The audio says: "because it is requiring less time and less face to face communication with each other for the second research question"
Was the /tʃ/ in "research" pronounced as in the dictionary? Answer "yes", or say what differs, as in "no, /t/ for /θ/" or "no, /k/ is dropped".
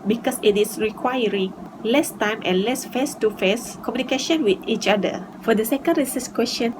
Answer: no, /s/ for /tʃ/